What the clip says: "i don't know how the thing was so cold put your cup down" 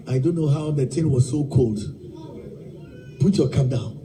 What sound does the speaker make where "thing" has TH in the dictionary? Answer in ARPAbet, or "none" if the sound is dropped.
T